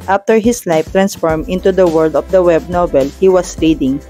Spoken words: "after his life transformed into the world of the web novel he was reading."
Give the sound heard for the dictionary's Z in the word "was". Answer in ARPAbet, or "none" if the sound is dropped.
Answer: S